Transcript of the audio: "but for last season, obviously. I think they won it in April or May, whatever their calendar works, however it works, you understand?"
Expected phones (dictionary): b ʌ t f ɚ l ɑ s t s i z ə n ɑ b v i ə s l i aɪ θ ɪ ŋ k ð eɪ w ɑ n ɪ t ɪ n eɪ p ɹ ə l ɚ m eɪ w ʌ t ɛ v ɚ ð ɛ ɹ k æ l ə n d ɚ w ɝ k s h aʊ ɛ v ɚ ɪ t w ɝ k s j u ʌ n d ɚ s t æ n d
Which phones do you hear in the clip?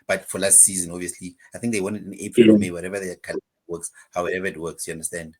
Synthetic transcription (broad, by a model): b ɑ t f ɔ l ɑ s t s i z ə n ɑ v i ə s l i aɪ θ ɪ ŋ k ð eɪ w ɑ n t ɪ n eɪ p ɹ ə l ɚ m eɪ w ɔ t ɛ v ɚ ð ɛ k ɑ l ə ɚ w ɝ k s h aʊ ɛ v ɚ ɪ t w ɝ k s j u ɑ n d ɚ s t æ n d